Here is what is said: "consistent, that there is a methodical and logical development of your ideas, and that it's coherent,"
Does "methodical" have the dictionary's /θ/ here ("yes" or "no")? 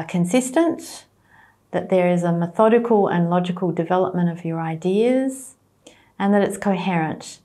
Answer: yes